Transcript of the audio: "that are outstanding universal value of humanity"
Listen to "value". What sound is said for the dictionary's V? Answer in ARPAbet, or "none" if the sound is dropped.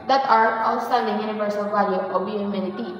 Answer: P